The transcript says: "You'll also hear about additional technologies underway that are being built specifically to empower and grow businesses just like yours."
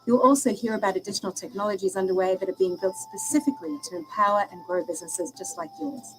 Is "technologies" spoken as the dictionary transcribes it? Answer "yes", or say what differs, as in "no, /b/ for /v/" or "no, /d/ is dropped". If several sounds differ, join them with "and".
yes